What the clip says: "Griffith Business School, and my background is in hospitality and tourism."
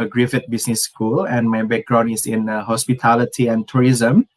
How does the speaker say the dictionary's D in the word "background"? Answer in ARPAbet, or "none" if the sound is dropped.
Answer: none